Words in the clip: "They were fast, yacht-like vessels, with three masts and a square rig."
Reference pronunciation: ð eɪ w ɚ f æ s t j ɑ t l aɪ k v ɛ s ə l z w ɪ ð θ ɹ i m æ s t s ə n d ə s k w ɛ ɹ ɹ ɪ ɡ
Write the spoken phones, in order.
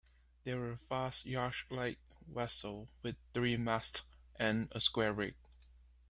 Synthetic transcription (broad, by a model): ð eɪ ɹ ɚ f æ s t j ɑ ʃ l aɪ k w ɛ s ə l w ɪ ð θ ɹ i m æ s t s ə n ə s k w ɛ ɹ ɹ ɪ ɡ